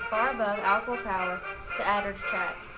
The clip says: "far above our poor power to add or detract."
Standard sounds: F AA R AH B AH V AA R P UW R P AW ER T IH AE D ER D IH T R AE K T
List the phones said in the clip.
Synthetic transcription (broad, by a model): F AA R AH B AH V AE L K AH L P AW ER T IH AE D ER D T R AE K